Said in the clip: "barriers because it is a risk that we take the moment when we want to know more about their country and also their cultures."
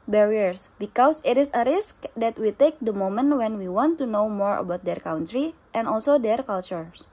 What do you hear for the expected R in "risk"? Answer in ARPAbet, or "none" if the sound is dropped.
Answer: R